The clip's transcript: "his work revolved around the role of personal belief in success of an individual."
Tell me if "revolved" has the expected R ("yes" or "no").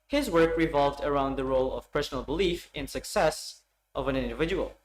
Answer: yes